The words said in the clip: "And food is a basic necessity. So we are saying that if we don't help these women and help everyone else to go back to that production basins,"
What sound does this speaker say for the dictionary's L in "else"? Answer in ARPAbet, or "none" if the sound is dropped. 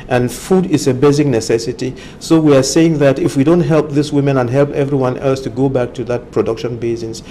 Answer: L